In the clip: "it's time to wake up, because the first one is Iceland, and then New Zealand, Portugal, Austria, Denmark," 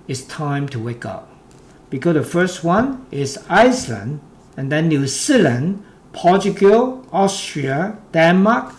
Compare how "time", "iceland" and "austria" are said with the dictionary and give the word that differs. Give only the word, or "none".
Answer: none